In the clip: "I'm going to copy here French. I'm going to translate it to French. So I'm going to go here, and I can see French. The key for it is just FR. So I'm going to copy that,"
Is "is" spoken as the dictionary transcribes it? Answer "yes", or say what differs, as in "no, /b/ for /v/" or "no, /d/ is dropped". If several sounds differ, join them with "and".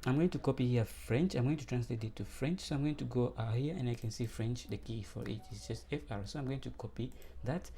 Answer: no, /s/ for /z/